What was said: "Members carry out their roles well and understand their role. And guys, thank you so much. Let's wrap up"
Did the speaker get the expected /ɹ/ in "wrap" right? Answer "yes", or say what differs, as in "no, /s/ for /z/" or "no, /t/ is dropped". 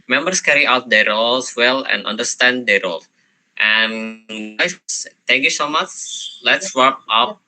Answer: no, /w/ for /ɹ/